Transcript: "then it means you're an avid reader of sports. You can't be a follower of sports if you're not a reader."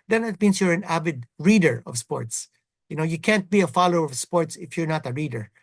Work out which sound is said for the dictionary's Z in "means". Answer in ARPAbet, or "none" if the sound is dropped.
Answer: S